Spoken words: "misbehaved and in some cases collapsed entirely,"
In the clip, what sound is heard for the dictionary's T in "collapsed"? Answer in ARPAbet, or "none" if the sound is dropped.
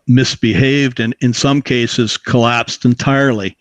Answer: T